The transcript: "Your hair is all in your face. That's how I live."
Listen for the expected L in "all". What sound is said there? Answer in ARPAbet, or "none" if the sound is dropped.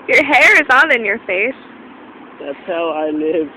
N